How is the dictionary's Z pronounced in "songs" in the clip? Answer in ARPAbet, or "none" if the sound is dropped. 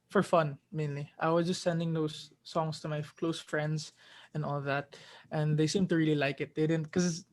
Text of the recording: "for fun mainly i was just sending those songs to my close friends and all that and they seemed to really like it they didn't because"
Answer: S